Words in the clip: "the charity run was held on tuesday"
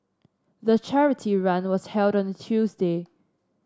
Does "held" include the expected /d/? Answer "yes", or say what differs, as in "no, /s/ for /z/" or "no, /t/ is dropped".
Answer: yes